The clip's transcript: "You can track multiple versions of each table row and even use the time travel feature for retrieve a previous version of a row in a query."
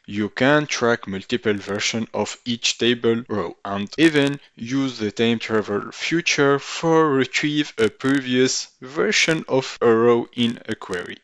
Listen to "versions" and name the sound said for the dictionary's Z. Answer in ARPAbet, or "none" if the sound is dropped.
none